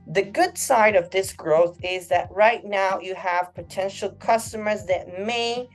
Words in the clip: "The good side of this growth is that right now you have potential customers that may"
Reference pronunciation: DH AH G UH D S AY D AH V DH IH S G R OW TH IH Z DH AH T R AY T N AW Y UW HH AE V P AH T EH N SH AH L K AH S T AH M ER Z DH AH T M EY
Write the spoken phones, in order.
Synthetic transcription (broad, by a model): DH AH G UH D S AY D AH V DH IH S G R OW TH IH Z DH AH T R AY T N AW Y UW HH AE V P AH T EH N SH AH L K AH S T AH M ER Z DH AH T M EY